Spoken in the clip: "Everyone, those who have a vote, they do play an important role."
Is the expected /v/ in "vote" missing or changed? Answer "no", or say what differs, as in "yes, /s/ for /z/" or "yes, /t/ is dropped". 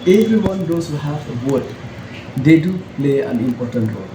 yes, /w/ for /v/